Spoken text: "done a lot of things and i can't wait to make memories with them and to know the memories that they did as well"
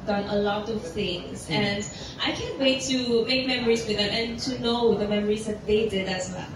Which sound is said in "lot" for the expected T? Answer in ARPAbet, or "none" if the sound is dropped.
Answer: T